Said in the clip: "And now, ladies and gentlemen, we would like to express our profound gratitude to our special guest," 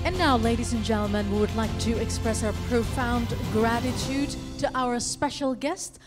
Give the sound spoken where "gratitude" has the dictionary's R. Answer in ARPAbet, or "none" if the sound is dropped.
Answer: R